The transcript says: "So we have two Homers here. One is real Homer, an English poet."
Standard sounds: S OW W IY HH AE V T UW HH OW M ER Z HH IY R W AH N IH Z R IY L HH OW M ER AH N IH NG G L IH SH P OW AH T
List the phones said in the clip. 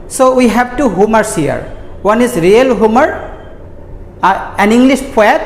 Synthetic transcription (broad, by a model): S OW W IY HH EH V T UW HH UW M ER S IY R W AH N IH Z R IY L HH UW M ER AH N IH NG G L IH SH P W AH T